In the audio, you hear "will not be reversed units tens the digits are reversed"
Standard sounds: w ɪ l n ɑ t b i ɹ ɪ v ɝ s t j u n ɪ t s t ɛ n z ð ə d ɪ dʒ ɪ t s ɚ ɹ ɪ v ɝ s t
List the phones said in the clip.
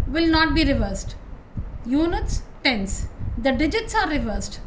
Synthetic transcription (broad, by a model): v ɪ l n ɑ t b i ɹ ɪ v ɝ s t j u n ɪ t s t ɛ n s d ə d ɪ dʒ ɪ t s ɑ ɹ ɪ v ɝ s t